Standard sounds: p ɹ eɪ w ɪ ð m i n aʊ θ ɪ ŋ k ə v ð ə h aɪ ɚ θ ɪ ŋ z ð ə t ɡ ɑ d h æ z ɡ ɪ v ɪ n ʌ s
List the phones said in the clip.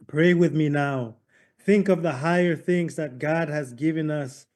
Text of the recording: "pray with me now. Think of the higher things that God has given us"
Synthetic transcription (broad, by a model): p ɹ eɪ w ɪ ð m i n aʊ θ ɪ ŋ k ə v ð ə h aɪ ɚ θ ɪ ŋ z ð ə t ɡ ɑ d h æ z ɡ ɪ v ɪ n ʌ s